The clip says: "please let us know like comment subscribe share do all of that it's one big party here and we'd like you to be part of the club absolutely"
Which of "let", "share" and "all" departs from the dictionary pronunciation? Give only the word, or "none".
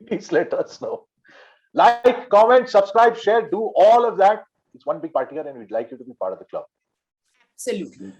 none